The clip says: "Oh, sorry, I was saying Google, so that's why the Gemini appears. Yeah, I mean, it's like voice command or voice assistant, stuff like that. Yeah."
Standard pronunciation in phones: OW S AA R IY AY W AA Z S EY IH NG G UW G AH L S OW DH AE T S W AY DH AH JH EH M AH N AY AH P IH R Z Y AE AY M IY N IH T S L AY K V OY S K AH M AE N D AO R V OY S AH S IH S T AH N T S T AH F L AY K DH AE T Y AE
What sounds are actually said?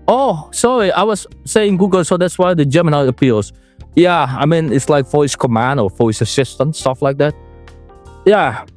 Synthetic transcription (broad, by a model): OW S AA R IY AY W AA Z S EY IH NG G UW G AH L S OW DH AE T S W AY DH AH JH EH M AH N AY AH P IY L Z Y AE AY M IY N IH T S L AY K F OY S K AH M AE N D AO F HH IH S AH S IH S T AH N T S T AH F L AY K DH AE T Y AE